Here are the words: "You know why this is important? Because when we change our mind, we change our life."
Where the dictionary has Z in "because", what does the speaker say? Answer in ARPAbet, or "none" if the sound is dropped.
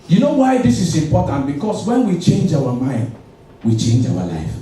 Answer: S